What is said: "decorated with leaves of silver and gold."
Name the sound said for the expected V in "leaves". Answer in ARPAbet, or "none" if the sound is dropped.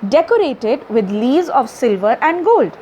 none